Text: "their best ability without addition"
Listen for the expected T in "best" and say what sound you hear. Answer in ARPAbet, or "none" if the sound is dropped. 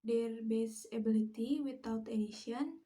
none